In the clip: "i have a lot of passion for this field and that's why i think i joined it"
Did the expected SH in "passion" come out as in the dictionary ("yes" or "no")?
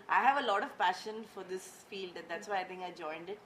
yes